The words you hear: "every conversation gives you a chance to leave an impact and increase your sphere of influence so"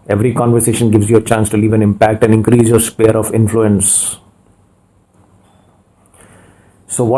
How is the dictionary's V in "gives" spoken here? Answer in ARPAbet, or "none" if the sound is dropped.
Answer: V